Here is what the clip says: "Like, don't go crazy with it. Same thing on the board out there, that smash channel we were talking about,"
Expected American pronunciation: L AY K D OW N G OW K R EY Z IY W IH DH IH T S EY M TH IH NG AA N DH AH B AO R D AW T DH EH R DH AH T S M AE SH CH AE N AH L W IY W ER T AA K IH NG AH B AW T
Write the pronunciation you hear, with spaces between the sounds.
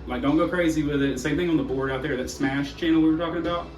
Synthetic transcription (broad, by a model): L AY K D OW N G OW K R EY Z IY W IH DH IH T S EY M TH IH NG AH N DH AH B AO R D AW T DH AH R DH AH T S M AE SH CH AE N L W IY W ER T AA K IH NG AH B AW T